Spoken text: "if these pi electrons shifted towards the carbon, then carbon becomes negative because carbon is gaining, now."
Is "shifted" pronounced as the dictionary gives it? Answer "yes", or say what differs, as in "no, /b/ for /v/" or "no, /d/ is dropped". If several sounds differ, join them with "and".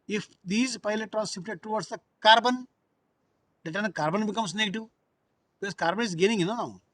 no, /p/ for /f/